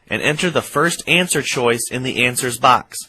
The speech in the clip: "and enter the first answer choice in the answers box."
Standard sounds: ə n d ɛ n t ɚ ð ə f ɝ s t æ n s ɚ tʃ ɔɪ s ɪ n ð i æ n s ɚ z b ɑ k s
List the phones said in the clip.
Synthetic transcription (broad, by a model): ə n ɛ n t ɚ ð ə f ɝ s t æ n s ɚ tʃ ɔɪ s ɪ n ð i æ n s ɚ z b ɑ k s